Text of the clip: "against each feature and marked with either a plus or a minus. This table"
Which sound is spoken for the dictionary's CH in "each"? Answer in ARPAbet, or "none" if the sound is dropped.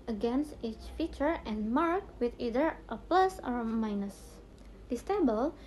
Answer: CH